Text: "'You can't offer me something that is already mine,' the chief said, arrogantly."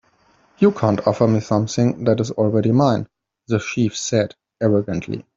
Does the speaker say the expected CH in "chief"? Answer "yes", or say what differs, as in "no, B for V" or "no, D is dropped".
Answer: no, SH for CH